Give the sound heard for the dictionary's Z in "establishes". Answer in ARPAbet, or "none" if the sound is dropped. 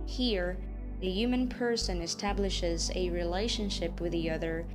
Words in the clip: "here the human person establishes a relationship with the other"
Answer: Z